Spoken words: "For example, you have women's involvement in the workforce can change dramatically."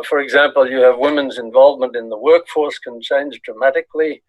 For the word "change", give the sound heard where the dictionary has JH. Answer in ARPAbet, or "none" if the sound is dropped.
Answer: Z